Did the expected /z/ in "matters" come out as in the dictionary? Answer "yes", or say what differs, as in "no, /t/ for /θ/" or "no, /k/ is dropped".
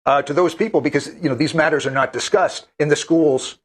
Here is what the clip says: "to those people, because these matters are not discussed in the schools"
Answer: yes